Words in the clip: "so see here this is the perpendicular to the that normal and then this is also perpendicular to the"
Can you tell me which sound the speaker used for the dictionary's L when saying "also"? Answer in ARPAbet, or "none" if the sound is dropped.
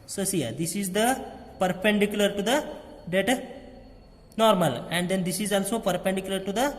L